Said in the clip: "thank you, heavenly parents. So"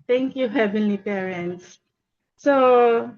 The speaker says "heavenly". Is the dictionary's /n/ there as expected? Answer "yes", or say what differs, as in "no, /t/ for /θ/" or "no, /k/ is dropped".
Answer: yes